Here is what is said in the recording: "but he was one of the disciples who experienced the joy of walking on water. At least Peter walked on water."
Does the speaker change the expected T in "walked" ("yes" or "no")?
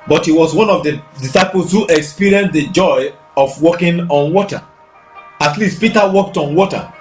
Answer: no